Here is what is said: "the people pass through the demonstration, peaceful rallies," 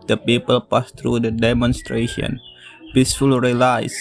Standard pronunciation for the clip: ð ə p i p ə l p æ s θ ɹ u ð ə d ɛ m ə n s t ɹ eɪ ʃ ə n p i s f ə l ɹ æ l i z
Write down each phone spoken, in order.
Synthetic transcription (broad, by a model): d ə p i p ə l p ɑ s t ɹ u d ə d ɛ m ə n s t ɹ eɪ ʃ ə n p i s f ə l ɹ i l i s